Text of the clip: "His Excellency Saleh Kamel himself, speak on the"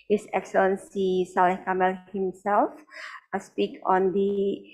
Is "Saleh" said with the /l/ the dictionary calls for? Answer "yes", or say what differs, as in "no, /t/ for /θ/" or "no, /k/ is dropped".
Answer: no, /l/ is dropped